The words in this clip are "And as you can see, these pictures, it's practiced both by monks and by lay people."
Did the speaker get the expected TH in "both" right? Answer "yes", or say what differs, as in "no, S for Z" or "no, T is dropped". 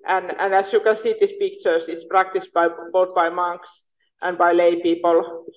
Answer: no, T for TH